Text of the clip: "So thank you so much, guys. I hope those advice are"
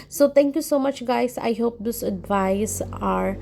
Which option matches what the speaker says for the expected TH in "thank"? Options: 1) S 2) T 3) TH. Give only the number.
2